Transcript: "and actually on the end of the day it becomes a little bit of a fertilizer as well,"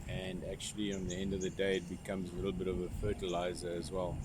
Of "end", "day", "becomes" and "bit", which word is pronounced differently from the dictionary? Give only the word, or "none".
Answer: none